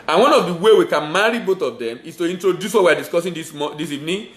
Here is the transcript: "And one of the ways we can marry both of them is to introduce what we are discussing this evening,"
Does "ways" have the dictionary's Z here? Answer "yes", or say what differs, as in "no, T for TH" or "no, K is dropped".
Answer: no, Z is dropped